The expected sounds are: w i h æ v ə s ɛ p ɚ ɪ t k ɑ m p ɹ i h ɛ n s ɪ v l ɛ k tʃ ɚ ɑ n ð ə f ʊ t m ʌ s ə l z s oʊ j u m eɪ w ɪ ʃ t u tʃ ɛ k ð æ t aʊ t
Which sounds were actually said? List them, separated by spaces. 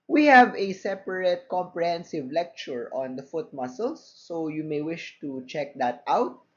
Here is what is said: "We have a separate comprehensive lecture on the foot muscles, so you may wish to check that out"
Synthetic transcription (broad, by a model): w i h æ v ə s ɛ p ɚ ɪ t k ɑ m p ɹ i h ɛ n s ɪ v l ɛ k tʃ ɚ ɑ n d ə f ʊ t m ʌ s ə l s oʊ j u m eɪ w ɪ ʃ t u tʃ ɛ k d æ t aʊ t